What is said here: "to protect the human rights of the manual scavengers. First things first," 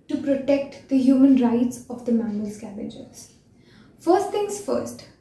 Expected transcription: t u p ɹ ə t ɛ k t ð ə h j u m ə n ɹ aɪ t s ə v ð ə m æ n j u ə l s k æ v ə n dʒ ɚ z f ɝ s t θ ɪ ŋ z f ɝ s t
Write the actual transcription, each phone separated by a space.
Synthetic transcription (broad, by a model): t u p ɹ ə t ɛ k t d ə h j u m ə n ɹ aɪ t s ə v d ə m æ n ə l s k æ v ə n dʒ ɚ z f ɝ s t t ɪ ŋ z f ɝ s t